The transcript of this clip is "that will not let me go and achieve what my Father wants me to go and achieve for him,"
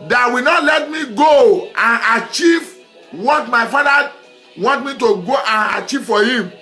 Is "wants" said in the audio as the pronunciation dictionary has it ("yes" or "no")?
no